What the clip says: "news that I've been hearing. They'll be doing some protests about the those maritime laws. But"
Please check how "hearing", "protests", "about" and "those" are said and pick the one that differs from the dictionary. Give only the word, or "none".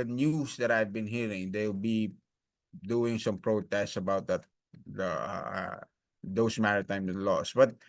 those